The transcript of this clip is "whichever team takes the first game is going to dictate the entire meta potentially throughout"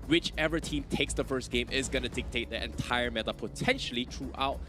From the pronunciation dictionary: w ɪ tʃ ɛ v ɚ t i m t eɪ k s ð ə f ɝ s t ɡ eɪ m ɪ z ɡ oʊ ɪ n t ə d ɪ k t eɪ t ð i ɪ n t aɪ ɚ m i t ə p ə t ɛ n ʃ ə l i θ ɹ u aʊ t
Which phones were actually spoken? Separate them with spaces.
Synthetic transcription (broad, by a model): w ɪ tʃ ɛ v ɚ t i m t eɪ k s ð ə f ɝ s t ɡ eɪ m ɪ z ɡ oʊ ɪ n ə d ɪ k t eɪ t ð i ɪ n t aɪ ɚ m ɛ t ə p ə t ɛ n ʃ ə l i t ɹ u aʊ t